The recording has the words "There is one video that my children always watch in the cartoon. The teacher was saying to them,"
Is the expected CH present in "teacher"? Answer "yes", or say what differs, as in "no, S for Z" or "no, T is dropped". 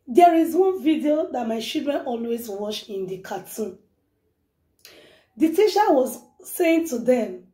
no, SH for CH